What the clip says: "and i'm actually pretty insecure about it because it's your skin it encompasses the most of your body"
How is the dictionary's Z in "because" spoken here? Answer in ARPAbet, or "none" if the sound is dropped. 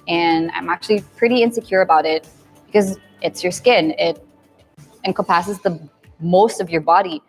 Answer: Z